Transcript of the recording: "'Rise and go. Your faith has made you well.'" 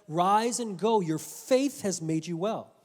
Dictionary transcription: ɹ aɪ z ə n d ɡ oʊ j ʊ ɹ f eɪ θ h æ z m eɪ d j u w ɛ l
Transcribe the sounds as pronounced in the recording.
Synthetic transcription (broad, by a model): ɹ aɪ z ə n ɡ oʊ j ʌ ɹ f eɪ θ h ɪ z m eɪ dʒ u w ɛ l